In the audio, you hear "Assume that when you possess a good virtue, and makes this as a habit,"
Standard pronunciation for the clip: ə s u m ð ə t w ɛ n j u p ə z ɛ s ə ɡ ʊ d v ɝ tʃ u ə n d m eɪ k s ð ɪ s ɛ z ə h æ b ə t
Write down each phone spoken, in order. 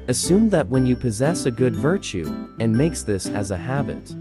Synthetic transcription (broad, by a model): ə s u m ð ə t w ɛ n j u p ə z ɛ s ə ɡ ʊ d v ɝ tʃ u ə n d m eɪ k s ð ɪ s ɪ z ə h æ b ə t